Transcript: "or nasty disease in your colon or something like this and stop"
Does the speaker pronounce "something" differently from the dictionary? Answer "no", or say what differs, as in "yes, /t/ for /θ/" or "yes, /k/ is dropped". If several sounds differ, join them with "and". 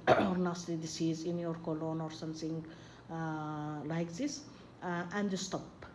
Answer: yes, /t/ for /θ/